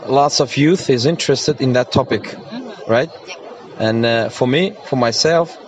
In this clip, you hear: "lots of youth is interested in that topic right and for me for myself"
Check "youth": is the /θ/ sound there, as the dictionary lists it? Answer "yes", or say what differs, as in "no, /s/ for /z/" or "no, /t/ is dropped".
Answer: yes